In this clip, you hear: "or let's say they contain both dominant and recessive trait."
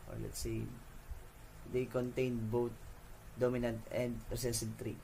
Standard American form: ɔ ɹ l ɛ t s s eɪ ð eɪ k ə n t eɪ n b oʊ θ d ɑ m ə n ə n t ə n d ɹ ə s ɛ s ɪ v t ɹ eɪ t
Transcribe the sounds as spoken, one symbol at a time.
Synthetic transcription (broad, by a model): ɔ ɹ l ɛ t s s eɪ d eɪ k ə n t eɪ n b oʊ t d ɑ m ə n ə n t ə n d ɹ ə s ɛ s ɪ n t ɹ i